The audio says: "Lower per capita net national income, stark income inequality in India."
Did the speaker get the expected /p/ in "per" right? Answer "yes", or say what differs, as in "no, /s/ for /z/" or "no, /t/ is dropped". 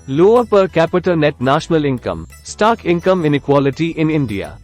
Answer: yes